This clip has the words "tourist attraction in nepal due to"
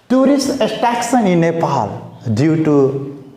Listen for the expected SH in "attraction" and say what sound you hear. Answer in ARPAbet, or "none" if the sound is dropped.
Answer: S